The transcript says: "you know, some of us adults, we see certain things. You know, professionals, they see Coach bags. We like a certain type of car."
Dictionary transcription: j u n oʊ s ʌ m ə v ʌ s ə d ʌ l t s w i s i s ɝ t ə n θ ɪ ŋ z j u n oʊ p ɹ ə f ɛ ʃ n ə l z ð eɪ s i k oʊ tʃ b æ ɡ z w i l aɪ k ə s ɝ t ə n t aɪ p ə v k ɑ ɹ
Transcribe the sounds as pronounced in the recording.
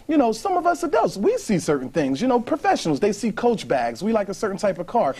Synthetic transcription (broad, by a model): j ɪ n oʊ s ʌ m ə v ʌ s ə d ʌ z w i s i s ɝ t n θ ɪ ŋ z j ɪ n oʊ p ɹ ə f ɛ ʃ n l z ð eɪ s i k oʊ tʃ b æ ɡ z w i l aɪ k ə s ɝ t n t aɪ p ə v k ɑ ɹ